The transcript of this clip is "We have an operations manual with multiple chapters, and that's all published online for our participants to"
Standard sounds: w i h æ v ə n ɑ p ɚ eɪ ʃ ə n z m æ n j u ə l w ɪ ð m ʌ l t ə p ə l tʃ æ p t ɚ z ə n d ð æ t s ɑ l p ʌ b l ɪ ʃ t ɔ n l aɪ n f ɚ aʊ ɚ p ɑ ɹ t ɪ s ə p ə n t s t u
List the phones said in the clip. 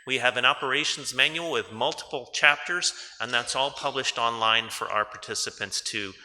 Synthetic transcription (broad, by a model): w i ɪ v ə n ɑ p ɚ eɪ ʃ n z m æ n j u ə l w ɪ ð m ʌ l t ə p l tʃ æ p t ɚ z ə n ð æ t s ɑ l p ʌ b l ɪ ʃ t ɔ n l aɪ n f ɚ aʊ ɚ p ɑ ɹ t ɪ s ə p ə n t s t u